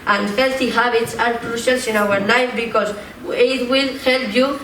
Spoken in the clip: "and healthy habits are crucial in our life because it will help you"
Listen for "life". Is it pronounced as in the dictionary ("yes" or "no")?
no